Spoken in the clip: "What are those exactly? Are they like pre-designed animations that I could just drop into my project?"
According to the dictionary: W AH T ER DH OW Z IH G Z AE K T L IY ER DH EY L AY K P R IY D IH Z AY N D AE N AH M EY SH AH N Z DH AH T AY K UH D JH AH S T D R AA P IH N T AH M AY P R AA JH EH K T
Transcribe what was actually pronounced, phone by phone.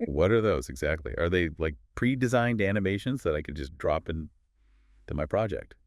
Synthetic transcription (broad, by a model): W AH T ER DH OW Z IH G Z AE K T L IY ER DH EY L AY K P R IY D IH Z AY N D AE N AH M EY SH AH N Z DH AH T AY K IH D JH AH S D R AA P IH N T AH M AY P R AA JH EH K T